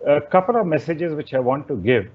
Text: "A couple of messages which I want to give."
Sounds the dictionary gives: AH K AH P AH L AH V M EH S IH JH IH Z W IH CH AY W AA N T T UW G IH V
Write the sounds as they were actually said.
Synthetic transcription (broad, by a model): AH K AH P AH L AH V M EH S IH JH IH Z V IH CH AY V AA N T T UW G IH V